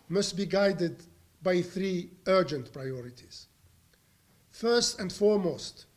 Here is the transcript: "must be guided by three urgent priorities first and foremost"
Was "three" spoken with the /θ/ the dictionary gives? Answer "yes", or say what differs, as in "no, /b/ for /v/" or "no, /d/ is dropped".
yes